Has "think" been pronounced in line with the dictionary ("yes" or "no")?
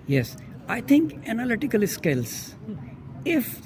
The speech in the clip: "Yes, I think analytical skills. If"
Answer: no